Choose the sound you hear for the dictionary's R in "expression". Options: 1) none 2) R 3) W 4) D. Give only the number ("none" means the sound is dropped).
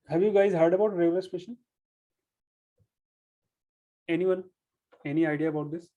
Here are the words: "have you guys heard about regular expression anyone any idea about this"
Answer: 1